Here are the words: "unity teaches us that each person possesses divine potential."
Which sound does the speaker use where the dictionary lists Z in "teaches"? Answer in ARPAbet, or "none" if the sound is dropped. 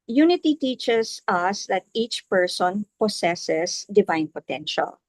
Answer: S